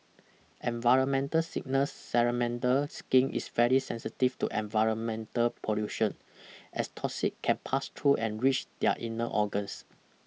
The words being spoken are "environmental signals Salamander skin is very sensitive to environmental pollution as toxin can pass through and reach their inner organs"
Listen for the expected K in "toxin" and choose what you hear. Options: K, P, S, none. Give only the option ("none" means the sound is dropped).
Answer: none